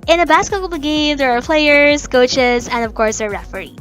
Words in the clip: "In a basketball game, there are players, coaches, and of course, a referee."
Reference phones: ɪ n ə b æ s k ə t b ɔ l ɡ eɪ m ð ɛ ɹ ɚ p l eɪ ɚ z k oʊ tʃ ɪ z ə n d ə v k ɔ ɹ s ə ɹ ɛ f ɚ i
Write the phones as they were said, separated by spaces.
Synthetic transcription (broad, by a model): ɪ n ə b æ s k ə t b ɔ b ɡ eɪ m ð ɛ ɹ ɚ p l eɪ ɚ z k oʊ tʃ ɪ z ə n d ə v k ɔ ɹ s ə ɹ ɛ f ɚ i